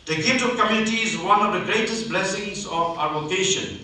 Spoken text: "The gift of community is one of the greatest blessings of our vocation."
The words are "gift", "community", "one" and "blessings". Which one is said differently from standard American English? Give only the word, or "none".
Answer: gift